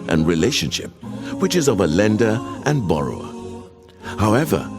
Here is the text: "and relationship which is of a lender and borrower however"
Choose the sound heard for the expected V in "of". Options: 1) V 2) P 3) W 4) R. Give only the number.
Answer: 1